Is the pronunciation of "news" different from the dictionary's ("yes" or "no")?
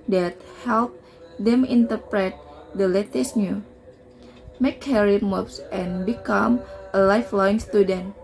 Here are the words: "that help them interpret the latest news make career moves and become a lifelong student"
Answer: yes